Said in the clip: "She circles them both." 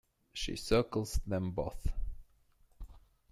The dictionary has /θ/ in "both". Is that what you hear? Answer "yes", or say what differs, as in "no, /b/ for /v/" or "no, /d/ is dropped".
yes